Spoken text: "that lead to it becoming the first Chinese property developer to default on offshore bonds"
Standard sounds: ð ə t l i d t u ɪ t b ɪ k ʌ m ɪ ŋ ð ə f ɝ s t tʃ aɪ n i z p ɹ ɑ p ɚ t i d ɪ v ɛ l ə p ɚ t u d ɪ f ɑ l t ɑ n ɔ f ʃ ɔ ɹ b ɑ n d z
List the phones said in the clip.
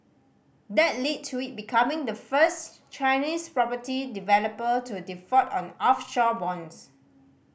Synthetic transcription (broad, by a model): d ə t l i d t u ɪ t b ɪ k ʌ m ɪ ŋ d ə f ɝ s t tʃ aɪ n i s p ɹ ɑ p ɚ t i d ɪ v ɛ l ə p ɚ t u d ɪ f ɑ t ɑ n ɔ f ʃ ɔ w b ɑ n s